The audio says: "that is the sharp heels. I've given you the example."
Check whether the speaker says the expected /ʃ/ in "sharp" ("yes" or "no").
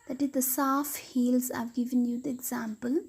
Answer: no